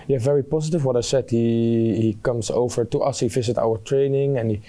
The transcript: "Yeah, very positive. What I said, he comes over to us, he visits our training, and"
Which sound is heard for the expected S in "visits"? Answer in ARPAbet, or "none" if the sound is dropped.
none